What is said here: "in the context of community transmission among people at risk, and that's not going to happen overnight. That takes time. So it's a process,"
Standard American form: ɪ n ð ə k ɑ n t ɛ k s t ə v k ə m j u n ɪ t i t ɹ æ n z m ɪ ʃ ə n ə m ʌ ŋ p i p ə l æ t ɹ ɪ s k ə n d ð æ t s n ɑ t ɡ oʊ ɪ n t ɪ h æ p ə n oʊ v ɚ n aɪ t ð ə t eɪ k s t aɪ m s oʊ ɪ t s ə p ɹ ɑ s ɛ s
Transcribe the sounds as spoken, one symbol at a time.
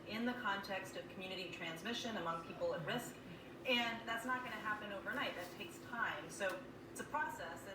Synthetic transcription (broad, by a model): ɪ n ð ə k ɑ n t ɛ k s t ə v k m j u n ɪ t i t ɹ æ n z m ɪ ʃ ə n ə m ʌ ŋ p i p l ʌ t ɹ ɪ s k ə n ð æ t s n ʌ t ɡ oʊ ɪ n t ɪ h æ p ə n oʊ v ɚ n aɪ t ð ə t eɪ k s t aɪ m s oʊ ɪ t s ə p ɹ ɑ s ɛ s